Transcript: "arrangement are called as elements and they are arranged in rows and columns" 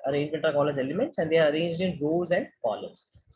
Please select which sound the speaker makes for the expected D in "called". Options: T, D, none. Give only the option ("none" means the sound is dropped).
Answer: none